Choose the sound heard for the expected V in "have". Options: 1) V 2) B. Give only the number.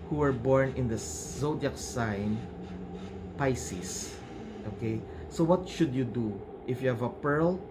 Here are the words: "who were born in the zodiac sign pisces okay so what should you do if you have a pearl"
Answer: 1